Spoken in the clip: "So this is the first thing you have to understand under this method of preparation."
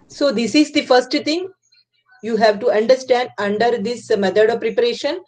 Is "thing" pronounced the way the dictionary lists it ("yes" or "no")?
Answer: no